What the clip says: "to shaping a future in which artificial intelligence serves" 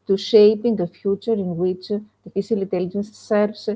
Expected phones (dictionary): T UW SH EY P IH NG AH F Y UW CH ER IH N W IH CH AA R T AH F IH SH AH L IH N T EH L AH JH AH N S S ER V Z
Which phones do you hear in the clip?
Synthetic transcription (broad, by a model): T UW SH EY P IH NG AH F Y UW CH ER IH N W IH CH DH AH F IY S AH L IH N T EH L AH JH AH N S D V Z